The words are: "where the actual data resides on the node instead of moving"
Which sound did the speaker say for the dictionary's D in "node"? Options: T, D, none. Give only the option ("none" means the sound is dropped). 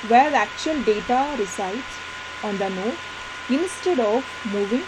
none